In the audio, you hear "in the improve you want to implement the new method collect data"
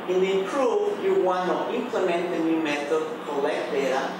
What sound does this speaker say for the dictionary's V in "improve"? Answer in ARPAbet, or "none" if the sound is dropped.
F